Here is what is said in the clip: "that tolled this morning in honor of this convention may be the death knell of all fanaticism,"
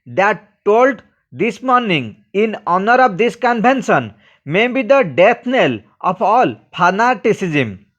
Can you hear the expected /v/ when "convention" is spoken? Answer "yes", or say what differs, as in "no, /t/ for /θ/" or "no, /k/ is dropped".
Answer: no, /b/ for /v/